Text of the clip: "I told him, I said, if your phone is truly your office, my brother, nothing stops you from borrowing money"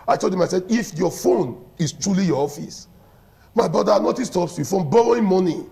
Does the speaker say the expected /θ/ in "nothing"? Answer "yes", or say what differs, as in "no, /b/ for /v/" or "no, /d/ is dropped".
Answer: no, /t/ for /θ/